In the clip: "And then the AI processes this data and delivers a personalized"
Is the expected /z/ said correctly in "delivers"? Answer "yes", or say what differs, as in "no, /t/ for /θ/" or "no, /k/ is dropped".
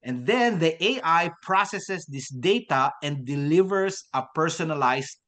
no, /s/ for /z/